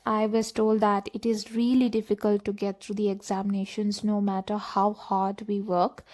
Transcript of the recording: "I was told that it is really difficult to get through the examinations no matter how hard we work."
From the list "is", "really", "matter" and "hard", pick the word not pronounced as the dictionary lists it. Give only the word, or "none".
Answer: none